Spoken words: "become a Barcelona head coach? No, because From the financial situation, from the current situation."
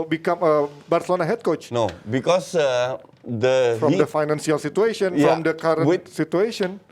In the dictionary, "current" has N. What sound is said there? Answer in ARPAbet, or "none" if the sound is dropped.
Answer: none